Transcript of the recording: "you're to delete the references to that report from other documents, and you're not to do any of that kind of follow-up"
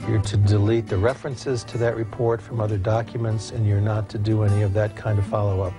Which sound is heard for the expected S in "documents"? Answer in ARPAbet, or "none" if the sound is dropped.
S